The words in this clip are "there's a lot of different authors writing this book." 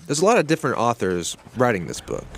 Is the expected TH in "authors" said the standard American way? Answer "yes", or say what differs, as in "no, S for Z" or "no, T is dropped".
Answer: yes